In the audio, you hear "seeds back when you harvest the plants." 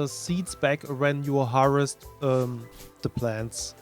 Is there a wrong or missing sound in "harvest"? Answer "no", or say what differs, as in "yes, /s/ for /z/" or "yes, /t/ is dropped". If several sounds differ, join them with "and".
yes, /v/ is dropped